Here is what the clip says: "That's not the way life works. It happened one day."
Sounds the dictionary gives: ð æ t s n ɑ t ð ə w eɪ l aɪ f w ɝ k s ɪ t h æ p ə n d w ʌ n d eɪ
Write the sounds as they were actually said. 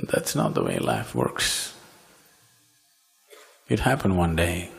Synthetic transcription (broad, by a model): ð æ t s n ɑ t ð ə w eɪ l aɪ f w ɝ k s ɪ t h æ p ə n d w ʌ n d eɪ